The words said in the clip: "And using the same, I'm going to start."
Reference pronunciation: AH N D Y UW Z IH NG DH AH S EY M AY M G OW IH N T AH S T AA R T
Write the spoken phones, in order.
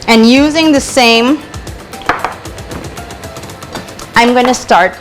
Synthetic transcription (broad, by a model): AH N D Y UW Z IH NG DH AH S EY M AY M G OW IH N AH S T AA R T